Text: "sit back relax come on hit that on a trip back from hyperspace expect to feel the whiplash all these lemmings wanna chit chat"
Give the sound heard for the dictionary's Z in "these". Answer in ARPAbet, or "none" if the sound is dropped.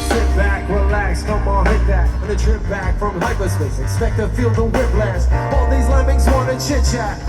Z